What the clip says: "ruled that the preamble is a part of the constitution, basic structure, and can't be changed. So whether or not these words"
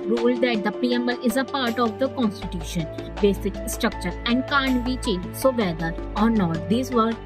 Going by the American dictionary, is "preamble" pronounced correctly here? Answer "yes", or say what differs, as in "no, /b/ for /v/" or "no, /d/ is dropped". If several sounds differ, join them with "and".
no, /ɹ/ is dropped and /b/ is dropped